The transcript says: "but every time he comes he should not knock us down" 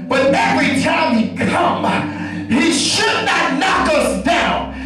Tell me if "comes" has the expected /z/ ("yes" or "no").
no